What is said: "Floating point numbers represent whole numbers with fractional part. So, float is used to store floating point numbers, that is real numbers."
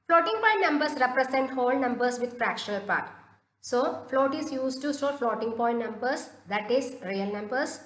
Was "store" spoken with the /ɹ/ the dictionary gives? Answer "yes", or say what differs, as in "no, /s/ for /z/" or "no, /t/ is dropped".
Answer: no, /l/ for /ɹ/